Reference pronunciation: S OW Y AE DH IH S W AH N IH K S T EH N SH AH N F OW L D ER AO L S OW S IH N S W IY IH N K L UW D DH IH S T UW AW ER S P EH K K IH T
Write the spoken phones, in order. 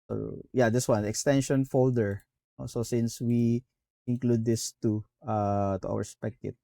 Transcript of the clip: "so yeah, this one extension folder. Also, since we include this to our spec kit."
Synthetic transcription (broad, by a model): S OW Y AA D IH S W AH N IH K S T EH N SH AH N F OW L D ER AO S OW S IH N S W IY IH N K L UW D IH S T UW AW ER S P EH K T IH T